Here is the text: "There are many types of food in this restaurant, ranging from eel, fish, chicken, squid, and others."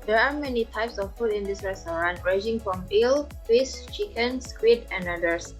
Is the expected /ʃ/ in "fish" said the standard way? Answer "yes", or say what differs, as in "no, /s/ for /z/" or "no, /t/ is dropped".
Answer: no, /s/ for /ʃ/